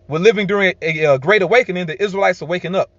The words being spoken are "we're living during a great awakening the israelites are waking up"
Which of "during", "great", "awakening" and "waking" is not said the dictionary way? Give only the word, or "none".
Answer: none